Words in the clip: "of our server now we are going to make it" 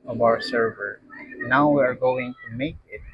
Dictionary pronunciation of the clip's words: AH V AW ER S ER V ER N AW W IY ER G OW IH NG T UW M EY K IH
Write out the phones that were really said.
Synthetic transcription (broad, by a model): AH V AW ER S ER V ER N AW W IY ER G OW IH NG T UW M EY K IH